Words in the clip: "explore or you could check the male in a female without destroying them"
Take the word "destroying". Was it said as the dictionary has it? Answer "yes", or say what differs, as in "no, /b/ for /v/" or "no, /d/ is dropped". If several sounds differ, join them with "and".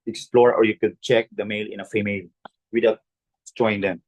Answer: no, /s/ is dropped